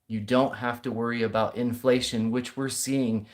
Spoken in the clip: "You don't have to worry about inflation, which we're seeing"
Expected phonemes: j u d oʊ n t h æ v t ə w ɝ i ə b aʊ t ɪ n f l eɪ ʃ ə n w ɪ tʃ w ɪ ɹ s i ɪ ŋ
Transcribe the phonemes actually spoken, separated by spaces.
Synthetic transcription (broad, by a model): j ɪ d oʊ n t h æ f t ə w ɝ i ə b aʊ t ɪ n f l eɪ ʃ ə n w ɪ tʃ w ɪ ɹ s i ɪ ŋ